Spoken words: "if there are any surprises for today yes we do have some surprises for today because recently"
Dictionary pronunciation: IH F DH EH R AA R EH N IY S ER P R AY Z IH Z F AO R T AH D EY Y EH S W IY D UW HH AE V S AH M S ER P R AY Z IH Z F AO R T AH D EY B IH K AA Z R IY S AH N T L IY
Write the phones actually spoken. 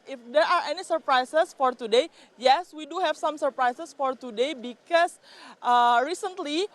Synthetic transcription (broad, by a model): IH F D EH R AA R EH N IY S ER P R AY S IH S F AO R T AH D EY Y EH S W IY D UW HH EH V S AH M S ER P R AY S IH S F AO R T AH D EY B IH K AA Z R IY S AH N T L IY